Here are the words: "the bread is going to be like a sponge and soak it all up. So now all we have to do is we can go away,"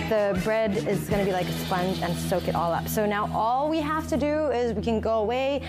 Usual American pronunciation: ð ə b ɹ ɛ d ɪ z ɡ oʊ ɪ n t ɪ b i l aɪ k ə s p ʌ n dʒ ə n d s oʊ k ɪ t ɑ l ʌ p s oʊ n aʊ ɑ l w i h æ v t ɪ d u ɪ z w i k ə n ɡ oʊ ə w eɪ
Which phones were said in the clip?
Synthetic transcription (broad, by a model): ð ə b ɹ ɛ d ɪ z ɡ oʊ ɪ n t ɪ b i l aɪ k ə s p ʌ n dʒ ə n s oʊ k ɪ t ɑ l ʌ p s oʊ n aʊ ɑ l w i h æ f t ɪ d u ɪ z w i k ə n ɡ oʊ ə w eɪ